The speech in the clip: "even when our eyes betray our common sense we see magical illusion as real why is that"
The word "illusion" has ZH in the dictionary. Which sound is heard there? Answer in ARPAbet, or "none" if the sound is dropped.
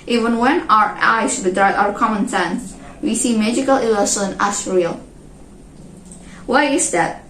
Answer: S